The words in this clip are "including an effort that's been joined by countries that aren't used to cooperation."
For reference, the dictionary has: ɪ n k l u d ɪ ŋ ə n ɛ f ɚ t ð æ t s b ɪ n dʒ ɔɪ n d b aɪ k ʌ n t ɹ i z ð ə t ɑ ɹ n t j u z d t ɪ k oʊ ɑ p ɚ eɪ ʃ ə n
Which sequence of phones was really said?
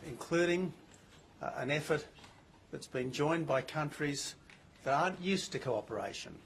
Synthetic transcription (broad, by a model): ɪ n k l u d ɪ ŋ ə n ɛ f ɚ t ð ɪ t s b ɪ n dʒ ɔɪ n b aɪ k ʌ n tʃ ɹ i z ð ə t ɑ ɹ n t j u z t ɪ k oʊ ɑ p ɚ eɪ ʃ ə n